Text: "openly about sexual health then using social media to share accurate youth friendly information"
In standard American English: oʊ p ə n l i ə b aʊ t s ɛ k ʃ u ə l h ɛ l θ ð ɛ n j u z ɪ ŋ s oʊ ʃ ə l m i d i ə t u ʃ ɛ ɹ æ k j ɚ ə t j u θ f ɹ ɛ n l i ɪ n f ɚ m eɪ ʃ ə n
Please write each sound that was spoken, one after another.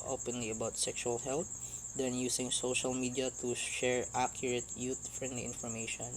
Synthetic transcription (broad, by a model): oʊ p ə n l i ə b aʊ t s ɛ k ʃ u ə l h ɛ l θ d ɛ n j u s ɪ ŋ s oʊ ʃ ə l m i d i ə t u ʃ ɛ ɹ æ k j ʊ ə t j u t f ɹ ɛ n l i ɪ n f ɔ m eɪ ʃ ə n